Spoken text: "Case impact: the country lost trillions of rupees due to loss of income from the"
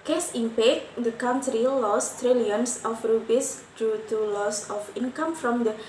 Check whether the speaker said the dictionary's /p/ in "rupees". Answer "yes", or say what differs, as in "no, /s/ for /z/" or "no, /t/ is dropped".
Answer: no, /b/ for /p/